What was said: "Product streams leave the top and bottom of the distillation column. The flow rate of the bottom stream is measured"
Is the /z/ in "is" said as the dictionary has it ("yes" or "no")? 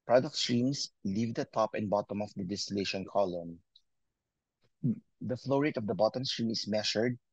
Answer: no